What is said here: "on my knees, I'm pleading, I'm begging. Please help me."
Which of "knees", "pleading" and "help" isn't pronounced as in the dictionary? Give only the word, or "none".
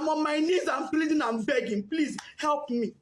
pleading